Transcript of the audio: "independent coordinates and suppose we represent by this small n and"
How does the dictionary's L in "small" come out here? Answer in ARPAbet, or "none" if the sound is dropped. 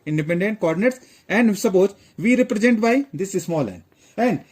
L